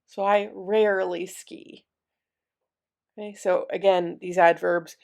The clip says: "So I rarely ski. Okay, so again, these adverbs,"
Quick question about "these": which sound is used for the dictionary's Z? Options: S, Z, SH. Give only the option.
Z